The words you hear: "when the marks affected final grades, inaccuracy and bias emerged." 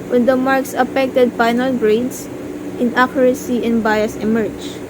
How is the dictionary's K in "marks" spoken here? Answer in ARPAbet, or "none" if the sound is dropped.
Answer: K